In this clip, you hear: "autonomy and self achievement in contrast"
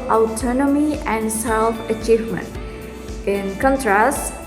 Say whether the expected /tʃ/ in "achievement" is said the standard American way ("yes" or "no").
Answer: yes